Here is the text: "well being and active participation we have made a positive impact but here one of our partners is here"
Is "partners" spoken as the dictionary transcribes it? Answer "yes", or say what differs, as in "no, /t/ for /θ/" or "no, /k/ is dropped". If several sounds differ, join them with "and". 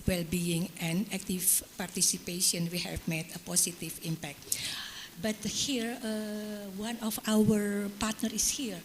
no, /z/ is dropped